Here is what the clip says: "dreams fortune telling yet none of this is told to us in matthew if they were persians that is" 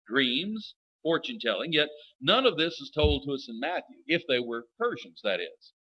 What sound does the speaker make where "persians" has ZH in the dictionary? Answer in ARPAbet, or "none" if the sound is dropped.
ZH